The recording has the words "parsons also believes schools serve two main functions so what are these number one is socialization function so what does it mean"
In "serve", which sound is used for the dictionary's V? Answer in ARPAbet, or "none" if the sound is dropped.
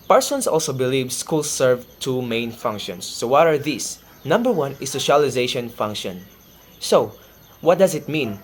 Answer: V